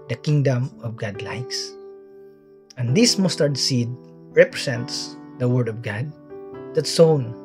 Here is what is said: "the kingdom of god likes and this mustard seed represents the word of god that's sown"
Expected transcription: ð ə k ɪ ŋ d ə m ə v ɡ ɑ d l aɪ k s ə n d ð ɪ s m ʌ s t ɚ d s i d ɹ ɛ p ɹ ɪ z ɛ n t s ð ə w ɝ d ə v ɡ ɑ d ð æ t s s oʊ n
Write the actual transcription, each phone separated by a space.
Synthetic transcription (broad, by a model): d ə k ɪ ŋ d ə m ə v ɡ ɑ d l aɪ k s ə n d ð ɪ s m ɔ s t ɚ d s i d ɹ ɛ p ɹ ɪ s ɛ n t s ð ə w ɝ d ə v ɡ ɑ d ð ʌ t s s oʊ n